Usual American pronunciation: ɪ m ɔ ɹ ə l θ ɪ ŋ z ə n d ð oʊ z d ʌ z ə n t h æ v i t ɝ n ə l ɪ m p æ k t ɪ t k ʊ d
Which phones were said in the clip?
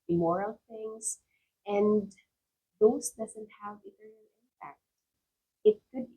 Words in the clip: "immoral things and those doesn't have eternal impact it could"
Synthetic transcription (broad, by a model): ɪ m ɔ ɹ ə l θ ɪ ŋ s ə n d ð oʊ s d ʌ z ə n t h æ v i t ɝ ə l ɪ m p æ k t ɪ t k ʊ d